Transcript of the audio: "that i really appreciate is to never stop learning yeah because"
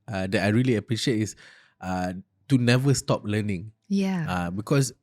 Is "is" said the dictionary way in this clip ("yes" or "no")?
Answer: no